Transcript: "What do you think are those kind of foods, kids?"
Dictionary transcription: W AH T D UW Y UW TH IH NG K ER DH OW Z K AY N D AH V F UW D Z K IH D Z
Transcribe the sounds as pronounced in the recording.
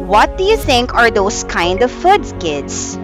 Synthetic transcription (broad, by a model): W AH T D UW Y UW TH IH NG K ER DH OW S K AY N D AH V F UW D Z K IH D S